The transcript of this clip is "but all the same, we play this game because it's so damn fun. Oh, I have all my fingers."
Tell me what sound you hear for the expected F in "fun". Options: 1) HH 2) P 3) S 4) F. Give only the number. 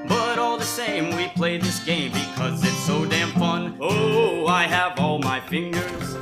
2